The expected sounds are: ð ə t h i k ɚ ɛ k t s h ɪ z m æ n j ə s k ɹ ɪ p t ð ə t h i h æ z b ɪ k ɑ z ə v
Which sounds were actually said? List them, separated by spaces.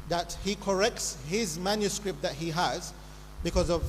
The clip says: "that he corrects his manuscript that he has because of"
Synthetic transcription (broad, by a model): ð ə t h i k ɚ ɛ k t s h ɪ z m æ n j ə s k ɹ ɪ p t ð ə t h i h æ z b ɪ k ɑ z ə v